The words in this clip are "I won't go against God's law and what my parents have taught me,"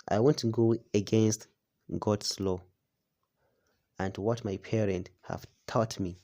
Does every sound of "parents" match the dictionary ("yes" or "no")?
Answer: no